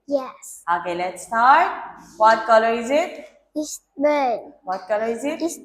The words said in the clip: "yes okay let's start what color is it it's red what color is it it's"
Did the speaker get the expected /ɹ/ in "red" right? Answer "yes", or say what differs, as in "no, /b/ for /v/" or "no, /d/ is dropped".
no, /w/ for /ɹ/